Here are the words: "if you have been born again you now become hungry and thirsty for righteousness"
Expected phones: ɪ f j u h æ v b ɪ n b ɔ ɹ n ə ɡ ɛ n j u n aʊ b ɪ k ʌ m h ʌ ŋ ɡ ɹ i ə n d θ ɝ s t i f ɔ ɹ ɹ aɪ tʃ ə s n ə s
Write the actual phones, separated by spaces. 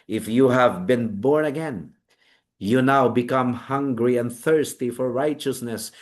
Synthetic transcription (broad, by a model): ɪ f j u h æ v b ɪ n b ɔ ɹ n ə ɡ ɛ n j u n aʊ b ɪ k ʌ m h ʌ ŋ ɡ ɹ i ə n d θ ɝ s t i f ɔ ɹ ɹ aɪ tʃ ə s n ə s